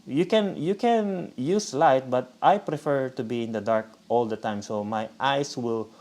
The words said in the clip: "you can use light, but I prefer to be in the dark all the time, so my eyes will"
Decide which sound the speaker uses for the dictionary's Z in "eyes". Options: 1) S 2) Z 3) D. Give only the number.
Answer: 1